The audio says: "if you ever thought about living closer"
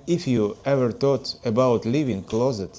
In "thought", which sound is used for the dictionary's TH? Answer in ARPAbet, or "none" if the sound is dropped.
T